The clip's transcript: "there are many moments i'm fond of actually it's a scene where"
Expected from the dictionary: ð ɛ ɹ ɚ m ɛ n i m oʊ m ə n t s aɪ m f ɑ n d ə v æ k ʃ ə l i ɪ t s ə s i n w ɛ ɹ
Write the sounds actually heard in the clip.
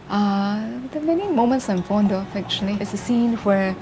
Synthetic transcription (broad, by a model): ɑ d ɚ m ɛ n i m oʊ m ə n t s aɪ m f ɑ n d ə f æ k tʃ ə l i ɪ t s ə s i n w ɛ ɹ